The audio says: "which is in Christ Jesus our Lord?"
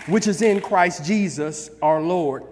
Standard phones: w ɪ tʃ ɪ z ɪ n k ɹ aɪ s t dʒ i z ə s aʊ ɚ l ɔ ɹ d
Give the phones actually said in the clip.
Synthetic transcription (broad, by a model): w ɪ tʃ ɪ z ɪ n k ɹ aɪ s t dʒ i z ə s aʊ ɚ l ɔ ɹ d